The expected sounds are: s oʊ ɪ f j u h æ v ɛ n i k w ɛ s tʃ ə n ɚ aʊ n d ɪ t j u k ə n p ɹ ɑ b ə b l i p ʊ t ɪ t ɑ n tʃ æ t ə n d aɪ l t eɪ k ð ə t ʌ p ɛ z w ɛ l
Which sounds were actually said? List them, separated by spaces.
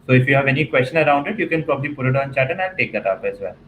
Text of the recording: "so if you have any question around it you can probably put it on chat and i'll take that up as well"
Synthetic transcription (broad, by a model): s oʊ ɪ f j u h æ v ɛ n i k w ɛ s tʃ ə n ɚ aʊ n d ɪ t j u k ə n p ɹ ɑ b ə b l i p ʊ t ɪ t ɑ n tʃ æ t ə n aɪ n t eɪ k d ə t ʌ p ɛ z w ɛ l